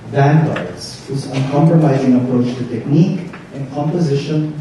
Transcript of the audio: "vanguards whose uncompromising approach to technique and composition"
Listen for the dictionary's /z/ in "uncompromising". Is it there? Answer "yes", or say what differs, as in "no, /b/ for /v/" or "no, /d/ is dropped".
yes